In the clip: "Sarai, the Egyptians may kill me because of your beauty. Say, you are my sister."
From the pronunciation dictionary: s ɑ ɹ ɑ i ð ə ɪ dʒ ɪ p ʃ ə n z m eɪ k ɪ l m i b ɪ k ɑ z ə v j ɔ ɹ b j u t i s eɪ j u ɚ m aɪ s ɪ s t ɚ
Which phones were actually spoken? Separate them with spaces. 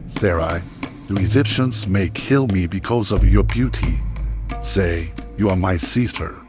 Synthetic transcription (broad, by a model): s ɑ ɹ ɑ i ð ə ɪ dʒ ɪ p ʃ ə n z m eɪ k ɪ l m i b ɪ k ɑ z ə v j ɔ ɹ b j u t i s eɪ j u ɚ m aɪ s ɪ s t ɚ